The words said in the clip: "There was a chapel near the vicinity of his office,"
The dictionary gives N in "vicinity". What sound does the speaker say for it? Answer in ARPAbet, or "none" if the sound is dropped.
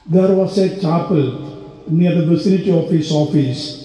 L